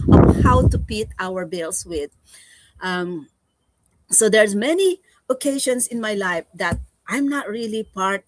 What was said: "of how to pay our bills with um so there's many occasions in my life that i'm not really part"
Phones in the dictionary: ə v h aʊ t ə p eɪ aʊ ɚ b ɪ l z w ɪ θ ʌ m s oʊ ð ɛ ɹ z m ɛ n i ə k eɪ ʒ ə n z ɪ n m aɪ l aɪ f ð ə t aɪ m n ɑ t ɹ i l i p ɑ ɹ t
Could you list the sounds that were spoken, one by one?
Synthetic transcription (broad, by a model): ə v h aʊ t ə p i aʊ ɚ b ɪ l s w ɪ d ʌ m s oʊ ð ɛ ɹ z m ɛ n i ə k eɪ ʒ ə n s ɪ n m aɪ l aɪ f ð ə t aɪ m n ɑ t ɹ i l i p ɑ ɹ t